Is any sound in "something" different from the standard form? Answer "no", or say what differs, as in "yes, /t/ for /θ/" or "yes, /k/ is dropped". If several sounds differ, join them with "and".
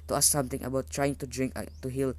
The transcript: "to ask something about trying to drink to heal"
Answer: yes, /t/ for /θ/